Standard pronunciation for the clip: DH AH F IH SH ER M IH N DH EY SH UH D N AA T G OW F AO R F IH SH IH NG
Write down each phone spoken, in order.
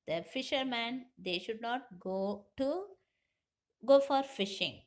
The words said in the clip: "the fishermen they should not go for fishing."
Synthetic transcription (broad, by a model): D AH F IH SH ER M IH N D EY SH UH D N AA T G OW F AO R F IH SH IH NG